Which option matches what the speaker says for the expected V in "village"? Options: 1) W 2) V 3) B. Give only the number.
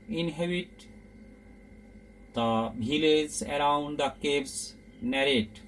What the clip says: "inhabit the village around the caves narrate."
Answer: 3